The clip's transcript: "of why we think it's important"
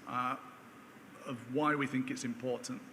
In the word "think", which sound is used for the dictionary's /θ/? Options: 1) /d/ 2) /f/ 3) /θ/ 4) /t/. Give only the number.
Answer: 3